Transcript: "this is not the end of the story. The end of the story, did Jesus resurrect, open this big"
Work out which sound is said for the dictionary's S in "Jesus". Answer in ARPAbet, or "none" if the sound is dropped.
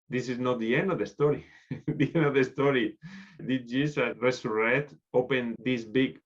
none